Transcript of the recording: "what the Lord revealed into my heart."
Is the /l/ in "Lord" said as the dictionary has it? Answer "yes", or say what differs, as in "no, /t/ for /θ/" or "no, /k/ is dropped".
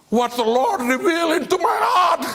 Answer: yes